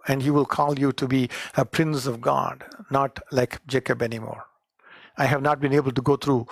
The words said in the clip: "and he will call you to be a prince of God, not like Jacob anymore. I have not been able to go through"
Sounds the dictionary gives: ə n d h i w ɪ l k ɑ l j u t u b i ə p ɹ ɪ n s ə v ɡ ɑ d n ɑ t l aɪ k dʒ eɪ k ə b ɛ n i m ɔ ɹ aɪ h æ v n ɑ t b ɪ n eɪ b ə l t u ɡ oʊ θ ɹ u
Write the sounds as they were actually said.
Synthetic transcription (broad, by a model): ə n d h i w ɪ l k ɑ l j u t u b i ə p ɹ ɪ n s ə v ɡ ɑ d n ɑ t l aɪ k dʒ eɪ k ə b ɛ n i m ɔ ɹ aɪ h æ v n ɑ t b ɪ n eɪ b ə l t u ɡ oʊ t ɹ u